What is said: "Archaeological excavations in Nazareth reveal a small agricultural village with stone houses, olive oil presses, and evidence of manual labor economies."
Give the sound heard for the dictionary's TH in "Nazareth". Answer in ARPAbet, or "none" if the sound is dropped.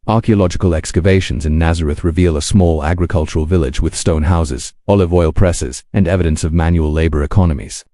TH